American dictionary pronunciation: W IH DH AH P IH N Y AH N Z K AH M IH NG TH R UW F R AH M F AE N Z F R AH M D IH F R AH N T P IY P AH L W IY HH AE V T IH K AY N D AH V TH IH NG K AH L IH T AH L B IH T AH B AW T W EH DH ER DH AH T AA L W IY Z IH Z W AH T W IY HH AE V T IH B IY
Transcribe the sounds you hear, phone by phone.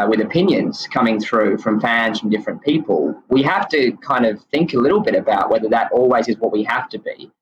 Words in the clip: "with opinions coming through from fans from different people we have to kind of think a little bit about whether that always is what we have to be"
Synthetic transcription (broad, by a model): W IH DH AH P IH N Y AH N Z K AH M IH NG TH R UW F R AH M F AE N Z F R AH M D IH F R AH N P IY P AH L W IY HH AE F T IH K AY N D AH V TH IH NG K AH L IH T L B IH T AH B AW T W EH DH ER DH AH T AA L W IY Z IH Z W AH T W IY HH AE F T IH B IY